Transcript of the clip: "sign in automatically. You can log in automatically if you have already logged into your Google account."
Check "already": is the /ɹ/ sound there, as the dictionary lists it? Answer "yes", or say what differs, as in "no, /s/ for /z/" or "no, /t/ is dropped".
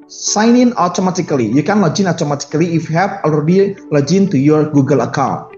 no, /ɹ/ is dropped